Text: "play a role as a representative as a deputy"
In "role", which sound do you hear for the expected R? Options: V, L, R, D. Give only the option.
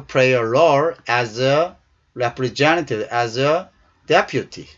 L